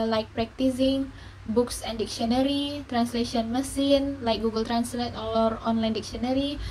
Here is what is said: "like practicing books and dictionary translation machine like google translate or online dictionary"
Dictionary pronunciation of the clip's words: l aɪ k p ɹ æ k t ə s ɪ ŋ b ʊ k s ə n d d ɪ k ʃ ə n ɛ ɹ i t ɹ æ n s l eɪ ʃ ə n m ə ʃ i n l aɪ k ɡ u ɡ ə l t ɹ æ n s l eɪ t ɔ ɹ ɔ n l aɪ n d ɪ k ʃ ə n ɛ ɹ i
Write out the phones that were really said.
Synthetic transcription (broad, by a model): l aɪ k p ɹ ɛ k t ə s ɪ ŋ b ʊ k s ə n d d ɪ k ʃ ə n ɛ ɹ i t ɹ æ n s l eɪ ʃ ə n m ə s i n l aɪ k ɡ u ɡ ə l t ɹ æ n s l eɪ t ɔ ɹ ɔ n l aɪ n d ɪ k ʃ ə n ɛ ɹ i